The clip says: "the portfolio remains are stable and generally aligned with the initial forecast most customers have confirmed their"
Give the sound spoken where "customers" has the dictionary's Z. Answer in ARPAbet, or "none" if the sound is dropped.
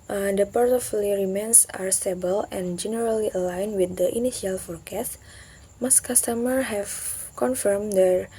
none